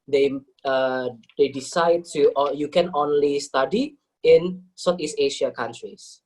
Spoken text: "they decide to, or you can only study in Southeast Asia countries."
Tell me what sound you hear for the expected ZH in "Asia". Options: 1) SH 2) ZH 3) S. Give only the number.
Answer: 1